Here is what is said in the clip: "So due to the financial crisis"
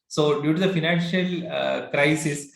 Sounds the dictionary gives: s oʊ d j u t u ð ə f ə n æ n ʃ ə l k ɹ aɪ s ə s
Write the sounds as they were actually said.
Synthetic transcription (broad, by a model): s oʊ d j u t u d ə f ə n æ n ʃ ə l k ɹ aɪ s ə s